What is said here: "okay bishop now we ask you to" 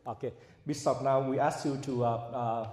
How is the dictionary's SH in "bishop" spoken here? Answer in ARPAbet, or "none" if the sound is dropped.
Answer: S